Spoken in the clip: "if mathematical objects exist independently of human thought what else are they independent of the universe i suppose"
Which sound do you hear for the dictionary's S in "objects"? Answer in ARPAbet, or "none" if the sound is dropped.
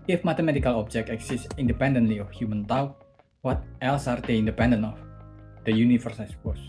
none